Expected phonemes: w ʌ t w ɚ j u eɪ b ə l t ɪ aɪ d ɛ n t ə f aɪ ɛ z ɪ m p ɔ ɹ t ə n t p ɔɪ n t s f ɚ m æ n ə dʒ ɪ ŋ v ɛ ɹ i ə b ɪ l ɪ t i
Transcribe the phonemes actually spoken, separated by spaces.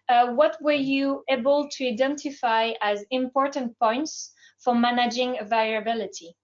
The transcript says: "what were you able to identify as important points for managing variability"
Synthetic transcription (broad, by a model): w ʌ t w ɚ j u eɪ b ə l t ɪ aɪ d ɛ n t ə f aɪ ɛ z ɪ m p ɔ ɹ t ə n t p ɔɪ n t s f ɚ m æ n ə dʒ ɪ ŋ v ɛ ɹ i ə b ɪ l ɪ t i